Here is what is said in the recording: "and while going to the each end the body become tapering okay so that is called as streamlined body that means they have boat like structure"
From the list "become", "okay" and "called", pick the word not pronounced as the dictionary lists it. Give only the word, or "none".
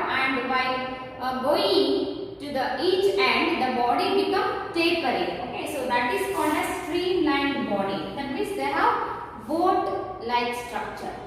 none